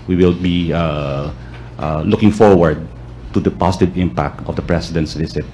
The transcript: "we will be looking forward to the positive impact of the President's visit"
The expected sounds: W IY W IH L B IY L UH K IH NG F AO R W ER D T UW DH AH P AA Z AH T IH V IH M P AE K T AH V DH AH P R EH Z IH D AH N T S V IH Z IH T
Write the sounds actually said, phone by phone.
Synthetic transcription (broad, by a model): W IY W IH L B IY L UH K IH NG F AO R W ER D T UW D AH P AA S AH T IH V IH M P AE K T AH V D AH P R EH S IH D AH N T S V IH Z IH T